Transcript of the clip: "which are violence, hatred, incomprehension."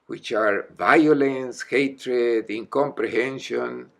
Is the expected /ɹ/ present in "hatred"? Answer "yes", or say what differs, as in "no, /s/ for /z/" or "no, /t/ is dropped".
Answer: yes